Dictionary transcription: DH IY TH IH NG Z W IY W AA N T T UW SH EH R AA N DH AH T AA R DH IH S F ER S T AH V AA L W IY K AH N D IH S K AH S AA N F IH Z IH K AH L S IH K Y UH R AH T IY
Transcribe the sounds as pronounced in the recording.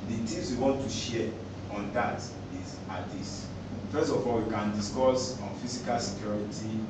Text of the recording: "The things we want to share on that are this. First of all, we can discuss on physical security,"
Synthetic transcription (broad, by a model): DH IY T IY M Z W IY W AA N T T UW SH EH AA N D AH T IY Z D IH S F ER S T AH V AA L W IY K AH N D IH S K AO S AA N F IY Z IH K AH L S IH K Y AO R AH T IY